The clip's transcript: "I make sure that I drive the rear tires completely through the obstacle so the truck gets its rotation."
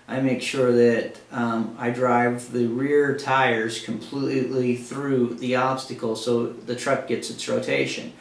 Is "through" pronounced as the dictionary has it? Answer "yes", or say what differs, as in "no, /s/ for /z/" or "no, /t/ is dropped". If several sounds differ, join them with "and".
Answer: yes